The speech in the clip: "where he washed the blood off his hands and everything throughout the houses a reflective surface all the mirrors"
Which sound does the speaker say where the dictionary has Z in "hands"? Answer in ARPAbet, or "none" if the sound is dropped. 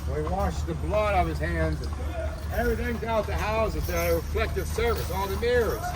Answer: Z